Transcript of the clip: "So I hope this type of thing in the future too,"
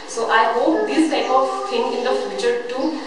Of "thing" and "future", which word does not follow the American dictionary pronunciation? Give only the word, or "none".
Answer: thing